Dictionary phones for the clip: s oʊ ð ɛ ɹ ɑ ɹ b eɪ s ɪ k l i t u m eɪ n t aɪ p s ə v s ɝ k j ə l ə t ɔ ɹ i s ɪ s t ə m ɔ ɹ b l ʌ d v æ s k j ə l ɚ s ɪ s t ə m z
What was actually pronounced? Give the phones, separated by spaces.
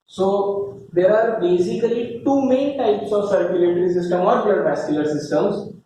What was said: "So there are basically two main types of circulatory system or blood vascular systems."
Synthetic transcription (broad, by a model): s oʊ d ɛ ɹ ɑ ɹ b eɪ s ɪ k l i t u m eɪ n t aɪ p s ə v s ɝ k j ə l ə t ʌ ɹ i s ɪ s t ə m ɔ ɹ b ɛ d b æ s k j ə l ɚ s ɪ s t ə m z